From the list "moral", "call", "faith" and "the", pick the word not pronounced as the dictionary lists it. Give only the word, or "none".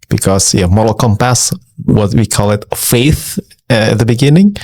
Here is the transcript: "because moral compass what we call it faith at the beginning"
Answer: none